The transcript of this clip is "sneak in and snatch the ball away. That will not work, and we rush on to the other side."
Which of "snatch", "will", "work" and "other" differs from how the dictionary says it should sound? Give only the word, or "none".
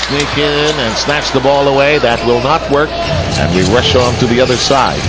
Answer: none